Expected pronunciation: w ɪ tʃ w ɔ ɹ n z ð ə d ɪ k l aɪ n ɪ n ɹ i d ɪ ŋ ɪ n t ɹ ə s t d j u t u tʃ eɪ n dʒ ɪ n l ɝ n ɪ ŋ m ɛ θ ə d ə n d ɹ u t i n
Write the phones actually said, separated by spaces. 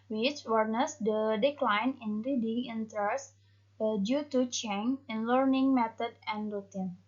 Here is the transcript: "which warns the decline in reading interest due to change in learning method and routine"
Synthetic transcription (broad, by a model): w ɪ tʃ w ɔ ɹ n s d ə d ɪ k l aɪ n ɪ n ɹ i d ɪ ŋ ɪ n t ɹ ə s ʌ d j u t u tʃ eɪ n ɪ n l ɝ n ɪ ŋ m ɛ t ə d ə n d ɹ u t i n